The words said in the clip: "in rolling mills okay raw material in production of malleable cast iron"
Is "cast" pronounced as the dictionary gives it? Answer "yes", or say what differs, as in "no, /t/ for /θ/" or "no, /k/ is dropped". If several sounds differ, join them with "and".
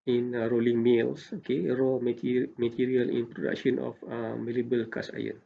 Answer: no, /t/ is dropped